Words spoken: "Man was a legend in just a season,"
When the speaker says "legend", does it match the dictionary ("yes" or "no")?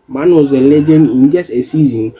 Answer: no